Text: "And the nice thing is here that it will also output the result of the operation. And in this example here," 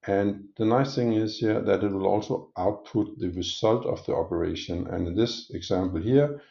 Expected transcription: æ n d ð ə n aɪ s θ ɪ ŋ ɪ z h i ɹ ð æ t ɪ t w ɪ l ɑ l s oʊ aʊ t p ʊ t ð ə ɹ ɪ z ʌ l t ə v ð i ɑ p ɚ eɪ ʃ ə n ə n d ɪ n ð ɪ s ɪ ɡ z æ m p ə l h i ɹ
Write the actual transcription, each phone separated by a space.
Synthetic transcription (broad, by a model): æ n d ð ə n aɪ s θ ɪ ŋ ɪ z h i ɹ ð æ t ɪ t w ɪ l ɑ l s oʊ aʊ t p ʊ t ð ə ɹ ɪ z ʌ l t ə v ð i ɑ p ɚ eɪ ə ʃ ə n ɪ n ð ɪ s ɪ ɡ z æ m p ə l h i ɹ